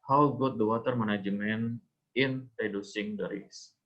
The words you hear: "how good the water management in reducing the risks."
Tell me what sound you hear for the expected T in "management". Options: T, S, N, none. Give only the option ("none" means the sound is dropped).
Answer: none